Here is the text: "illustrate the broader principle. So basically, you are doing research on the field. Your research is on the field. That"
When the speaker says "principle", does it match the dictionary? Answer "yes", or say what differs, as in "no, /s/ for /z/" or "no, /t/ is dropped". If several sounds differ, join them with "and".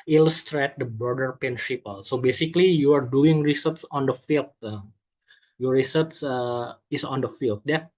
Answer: no, /ɹ/ is dropped and /ʃ/ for /s/